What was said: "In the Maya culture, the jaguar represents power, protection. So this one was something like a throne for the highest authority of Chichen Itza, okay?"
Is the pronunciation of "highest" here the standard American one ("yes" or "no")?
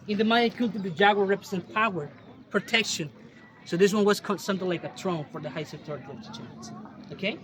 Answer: no